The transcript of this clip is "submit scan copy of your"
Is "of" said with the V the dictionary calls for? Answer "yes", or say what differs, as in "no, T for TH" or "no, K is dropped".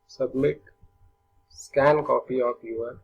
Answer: no, P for V